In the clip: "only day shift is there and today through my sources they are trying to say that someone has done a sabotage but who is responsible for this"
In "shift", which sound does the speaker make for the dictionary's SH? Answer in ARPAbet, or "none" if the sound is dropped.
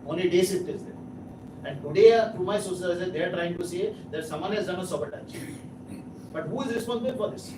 S